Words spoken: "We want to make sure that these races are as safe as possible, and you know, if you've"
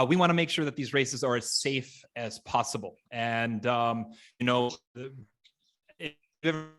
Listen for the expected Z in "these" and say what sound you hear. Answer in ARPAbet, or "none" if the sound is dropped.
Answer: Z